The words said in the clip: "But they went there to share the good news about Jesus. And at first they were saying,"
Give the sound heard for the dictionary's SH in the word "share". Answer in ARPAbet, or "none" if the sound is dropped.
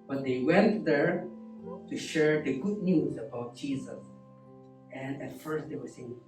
SH